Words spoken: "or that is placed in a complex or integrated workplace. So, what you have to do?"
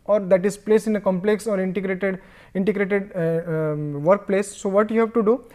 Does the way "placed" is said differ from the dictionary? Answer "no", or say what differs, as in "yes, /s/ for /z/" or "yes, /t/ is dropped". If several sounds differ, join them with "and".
yes, /t/ is dropped